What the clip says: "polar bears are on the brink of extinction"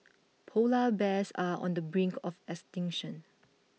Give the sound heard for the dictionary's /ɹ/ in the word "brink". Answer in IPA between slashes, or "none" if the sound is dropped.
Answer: /ɹ/